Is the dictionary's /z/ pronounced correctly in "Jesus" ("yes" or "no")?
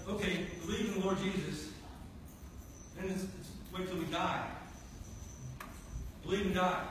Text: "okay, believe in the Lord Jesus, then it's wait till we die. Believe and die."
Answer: yes